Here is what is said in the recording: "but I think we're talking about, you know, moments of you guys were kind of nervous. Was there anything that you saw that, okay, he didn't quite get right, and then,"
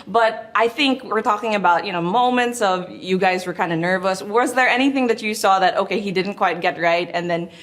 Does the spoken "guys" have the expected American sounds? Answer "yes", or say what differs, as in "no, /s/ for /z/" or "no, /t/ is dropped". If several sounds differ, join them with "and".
yes